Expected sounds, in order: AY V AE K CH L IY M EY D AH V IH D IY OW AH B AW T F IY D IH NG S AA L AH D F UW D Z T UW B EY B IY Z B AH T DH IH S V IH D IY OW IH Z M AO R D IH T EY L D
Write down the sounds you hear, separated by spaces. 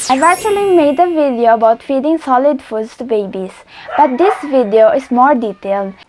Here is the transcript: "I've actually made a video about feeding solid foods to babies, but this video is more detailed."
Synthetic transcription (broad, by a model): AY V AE CH L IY M EY D AH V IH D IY OW AH B AW T F IY D IH NG S AA L AH D F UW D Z T UW B EY B IY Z B AH T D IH S V IH D IY OW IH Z M AO R D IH T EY L D